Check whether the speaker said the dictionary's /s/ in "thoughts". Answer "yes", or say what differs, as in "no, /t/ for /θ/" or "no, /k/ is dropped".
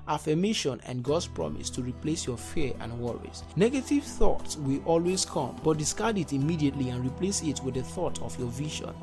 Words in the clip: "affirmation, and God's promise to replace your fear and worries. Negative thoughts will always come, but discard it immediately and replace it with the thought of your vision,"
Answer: yes